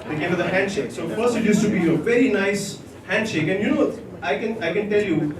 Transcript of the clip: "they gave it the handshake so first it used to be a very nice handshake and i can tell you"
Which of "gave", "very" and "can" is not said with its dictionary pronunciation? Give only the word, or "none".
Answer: gave